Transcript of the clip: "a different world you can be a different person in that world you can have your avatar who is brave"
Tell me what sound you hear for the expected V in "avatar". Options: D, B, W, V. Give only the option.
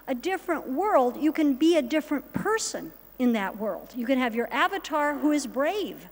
V